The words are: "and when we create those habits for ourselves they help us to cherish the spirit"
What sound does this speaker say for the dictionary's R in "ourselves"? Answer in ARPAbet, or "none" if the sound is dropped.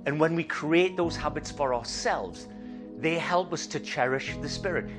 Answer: R